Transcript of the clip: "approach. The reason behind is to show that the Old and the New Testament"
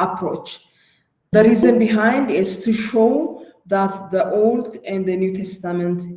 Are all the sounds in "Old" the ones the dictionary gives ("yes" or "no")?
yes